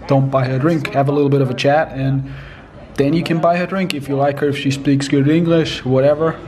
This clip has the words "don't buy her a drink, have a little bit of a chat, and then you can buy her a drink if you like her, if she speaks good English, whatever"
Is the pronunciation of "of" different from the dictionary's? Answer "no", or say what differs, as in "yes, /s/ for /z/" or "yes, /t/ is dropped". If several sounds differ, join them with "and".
no